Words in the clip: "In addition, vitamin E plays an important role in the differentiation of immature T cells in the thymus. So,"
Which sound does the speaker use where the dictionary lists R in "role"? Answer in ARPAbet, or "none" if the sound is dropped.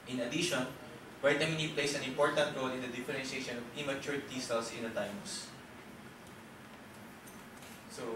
R